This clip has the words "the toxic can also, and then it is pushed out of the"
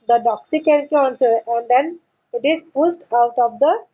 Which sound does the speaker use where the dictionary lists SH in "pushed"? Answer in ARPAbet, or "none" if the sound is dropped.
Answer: S